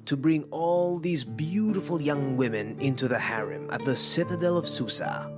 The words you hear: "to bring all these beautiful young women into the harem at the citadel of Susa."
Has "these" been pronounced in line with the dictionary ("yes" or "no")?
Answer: yes